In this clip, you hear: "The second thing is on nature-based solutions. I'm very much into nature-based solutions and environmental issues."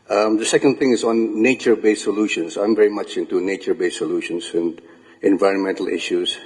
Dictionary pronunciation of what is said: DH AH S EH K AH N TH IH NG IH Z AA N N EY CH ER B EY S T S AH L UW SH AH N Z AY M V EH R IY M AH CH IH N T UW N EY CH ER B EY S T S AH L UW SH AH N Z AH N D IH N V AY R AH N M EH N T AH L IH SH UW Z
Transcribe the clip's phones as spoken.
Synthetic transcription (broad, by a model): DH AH S EH K AH N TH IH NG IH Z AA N N EY CH ER B EY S S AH L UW SH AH N S AY M V EH R IY M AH CH IH N T UW N EY CH ER B EY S S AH L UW SH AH N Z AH N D IH N V AY R AH N M EH N T AH L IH SH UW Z